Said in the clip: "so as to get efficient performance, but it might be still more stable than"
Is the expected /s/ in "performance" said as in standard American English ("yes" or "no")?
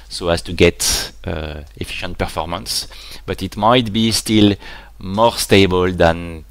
yes